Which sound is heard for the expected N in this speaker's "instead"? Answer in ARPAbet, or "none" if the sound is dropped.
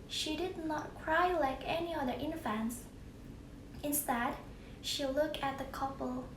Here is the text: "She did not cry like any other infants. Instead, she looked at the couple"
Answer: N